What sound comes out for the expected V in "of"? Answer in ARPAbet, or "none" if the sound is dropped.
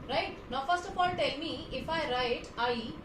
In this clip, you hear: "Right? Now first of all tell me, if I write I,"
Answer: P